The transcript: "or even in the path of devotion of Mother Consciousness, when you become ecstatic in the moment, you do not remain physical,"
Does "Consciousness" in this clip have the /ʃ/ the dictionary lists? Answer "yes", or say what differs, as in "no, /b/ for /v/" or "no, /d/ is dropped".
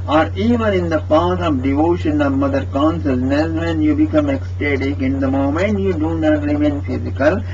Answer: no, /s/ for /ʃ/